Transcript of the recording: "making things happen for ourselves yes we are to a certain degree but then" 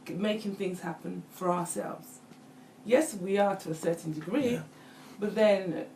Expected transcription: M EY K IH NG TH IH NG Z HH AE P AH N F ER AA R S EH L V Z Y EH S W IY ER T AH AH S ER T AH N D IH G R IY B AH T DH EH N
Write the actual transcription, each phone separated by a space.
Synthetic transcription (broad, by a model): M EY K IH NG TH IH NG Z HH AE P AH N F ER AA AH S EH L V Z Y EH S W IY ER T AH AH S ER T N D IH G R IY B AH T DH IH N